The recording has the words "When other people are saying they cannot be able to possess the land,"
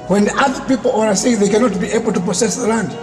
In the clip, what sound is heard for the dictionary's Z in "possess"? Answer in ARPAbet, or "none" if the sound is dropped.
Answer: S